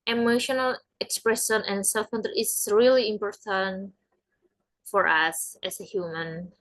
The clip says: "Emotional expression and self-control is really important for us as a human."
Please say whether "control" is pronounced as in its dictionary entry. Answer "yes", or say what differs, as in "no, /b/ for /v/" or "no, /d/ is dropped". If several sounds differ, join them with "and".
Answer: no, /ɹ/ is dropped